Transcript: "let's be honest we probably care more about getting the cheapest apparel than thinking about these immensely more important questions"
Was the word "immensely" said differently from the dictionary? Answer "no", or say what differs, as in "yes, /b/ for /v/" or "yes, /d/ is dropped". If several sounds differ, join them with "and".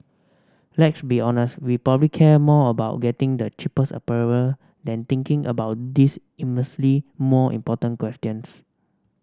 yes, /n/ is dropped